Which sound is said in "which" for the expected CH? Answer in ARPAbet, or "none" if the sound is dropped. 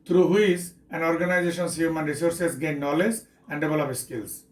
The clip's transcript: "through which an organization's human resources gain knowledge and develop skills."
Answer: S